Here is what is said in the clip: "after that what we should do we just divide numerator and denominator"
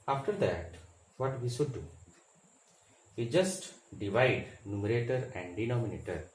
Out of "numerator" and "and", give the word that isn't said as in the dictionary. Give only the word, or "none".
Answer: none